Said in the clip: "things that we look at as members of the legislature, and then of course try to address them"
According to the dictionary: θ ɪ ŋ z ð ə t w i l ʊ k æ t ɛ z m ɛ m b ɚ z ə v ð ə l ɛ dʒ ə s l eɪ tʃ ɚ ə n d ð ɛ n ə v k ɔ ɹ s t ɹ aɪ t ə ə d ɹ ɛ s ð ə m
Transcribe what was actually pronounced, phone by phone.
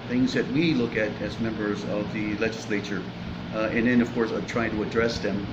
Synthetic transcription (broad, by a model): θ ɪ ŋ z ð ə t w i l ʊ k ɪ t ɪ z m ɛ m b ɚ z ə v ð ə l ɛ dʒ ə s l eɪ tʃ ɚ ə n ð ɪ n ə v k ɔ ɹ s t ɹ aɪ t ə ə d ɹ ɛ s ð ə m